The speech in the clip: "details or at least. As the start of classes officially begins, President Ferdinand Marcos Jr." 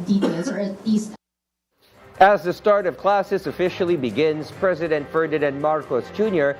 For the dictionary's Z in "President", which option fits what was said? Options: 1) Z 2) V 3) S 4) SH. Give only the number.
1